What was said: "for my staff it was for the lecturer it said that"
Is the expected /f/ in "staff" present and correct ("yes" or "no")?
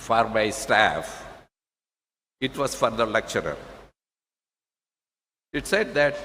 yes